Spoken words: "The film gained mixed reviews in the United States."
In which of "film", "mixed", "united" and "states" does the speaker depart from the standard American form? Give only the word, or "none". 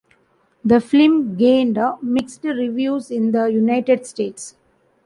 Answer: film